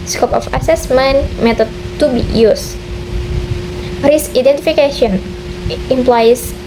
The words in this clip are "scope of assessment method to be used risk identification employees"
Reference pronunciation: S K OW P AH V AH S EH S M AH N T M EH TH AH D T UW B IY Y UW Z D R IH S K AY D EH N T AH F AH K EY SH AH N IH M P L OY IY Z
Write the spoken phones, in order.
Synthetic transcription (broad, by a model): S K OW P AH F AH S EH S M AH N M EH T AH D T UW B IY Y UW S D R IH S AY D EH N T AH F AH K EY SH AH N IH M P L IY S